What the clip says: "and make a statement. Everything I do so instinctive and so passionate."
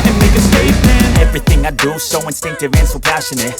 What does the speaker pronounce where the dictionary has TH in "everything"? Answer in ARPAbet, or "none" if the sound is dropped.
TH